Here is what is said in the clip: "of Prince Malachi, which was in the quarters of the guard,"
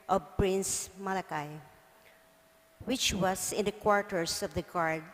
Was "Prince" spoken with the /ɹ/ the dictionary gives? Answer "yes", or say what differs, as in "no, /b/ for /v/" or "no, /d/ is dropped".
yes